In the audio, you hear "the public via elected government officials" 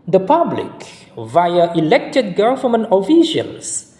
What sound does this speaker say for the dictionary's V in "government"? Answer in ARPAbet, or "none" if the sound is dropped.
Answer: F